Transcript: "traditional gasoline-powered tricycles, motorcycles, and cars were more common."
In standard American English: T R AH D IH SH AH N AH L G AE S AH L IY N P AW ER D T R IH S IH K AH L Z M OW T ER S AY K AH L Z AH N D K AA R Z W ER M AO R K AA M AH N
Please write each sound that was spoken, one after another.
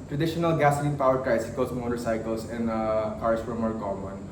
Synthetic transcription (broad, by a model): T R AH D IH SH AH N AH L G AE S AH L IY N P AW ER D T R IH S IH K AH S M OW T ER S AY K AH L S AH N D K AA R S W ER M AO R K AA M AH N